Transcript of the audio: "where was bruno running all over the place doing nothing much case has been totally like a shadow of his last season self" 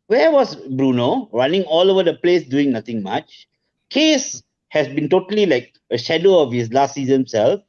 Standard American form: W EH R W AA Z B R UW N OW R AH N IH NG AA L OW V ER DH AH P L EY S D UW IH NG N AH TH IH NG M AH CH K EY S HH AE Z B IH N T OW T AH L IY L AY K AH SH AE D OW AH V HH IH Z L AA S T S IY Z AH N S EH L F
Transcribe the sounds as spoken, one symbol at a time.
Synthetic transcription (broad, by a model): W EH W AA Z B R UW N OW R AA N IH NG AA L OW V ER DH AH P L EY S D UW IH NG N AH T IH NG M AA CH K EY S HH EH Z B IH N T OW T AH L IY L AY K AH SH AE D OW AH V HH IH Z L AA S T S IY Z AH N S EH L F